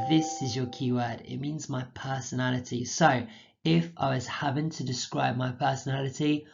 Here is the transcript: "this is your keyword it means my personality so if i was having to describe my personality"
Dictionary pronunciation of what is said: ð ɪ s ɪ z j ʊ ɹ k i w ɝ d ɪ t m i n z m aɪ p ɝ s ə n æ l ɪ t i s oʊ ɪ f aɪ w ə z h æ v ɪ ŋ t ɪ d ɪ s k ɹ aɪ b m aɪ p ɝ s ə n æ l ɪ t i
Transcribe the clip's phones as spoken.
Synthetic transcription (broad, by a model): ð ɪ s ɪ z j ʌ ɹ k i w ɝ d ɪ t m i n z m aɪ p ɝ s ə n æ l ɪ t i s oʊ ɪ f aɪ w ə z h æ v ɪ ŋ t ɪ d ɪ s k ɹ aɪ b m aɪ p ɝ s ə n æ l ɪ t i